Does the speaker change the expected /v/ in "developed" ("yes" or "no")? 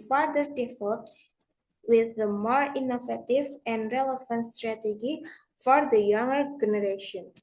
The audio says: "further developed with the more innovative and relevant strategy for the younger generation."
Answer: yes